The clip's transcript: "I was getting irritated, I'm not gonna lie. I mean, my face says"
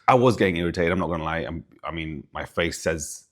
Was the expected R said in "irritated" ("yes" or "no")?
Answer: yes